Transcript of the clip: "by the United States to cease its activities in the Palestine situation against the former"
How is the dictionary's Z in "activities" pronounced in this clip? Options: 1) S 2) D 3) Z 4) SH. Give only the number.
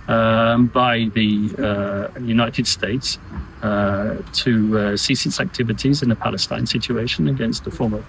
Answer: 3